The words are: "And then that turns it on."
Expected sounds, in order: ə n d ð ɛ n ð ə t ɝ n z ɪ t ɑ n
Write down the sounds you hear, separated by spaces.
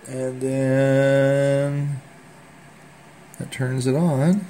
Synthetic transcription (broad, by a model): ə n ð ɛ n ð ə t ɝ n z ɪ t n